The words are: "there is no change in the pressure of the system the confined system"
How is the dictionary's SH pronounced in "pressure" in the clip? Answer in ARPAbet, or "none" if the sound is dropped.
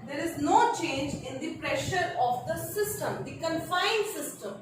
SH